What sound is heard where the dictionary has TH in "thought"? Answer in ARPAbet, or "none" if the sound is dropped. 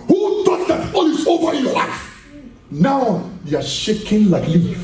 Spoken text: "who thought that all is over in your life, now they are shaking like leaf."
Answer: T